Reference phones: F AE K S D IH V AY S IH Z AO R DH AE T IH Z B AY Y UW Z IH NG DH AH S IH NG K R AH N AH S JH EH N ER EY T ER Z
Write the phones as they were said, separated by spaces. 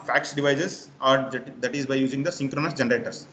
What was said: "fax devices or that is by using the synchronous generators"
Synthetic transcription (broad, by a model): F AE K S D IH V AY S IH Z AO R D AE T IH Z B AY Y UW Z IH NG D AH S IH NG K R AH N AH S JH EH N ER EY T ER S